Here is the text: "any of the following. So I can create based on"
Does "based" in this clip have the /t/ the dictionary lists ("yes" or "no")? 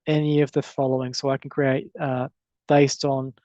yes